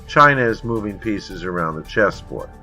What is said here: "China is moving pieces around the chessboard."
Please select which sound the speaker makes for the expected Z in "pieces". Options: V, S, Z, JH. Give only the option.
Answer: Z